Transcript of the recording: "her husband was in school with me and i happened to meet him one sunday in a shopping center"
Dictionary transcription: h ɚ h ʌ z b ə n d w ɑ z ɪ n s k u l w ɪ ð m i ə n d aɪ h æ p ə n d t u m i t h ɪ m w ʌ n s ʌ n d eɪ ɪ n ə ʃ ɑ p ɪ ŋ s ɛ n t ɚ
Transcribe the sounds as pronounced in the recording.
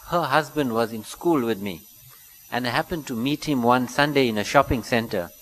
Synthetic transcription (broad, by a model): h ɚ h ʌ z b ə n d w ɑ z ɪ n s k u l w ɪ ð m i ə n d aɪ h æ p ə n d t u m i t h ɪ m w ʌ n s ʌ n d eɪ ɪ n ə ʃ ɑ p ɪ ŋ s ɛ n t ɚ